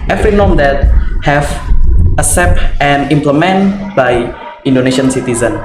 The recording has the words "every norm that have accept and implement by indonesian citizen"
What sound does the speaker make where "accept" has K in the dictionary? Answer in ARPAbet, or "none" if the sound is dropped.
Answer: none